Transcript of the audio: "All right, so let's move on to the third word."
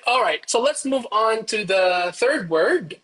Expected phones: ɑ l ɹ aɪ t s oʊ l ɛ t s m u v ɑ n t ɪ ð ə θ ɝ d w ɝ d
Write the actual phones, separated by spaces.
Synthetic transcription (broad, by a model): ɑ l ɹ aɪ t s oʊ l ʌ t s m u v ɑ n t ɪ ð ə θ ɝ d w ɝ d